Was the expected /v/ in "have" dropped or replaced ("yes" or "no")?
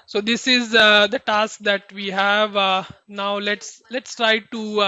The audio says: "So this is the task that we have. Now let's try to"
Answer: no